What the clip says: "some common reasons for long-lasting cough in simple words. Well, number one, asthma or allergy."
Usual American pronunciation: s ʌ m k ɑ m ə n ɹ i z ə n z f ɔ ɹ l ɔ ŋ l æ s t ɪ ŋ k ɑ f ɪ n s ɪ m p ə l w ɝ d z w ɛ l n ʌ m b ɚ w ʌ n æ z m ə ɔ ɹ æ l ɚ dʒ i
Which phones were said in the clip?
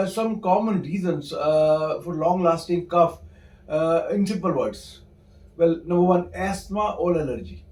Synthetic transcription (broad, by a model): s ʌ m k ɑ m ə n ɹ i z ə n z f ɔ ɹ l ɔ ŋ l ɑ s t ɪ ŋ k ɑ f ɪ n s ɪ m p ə l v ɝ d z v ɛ l n ʌ m b ɚ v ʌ n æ s m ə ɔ l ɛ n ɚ dʒ i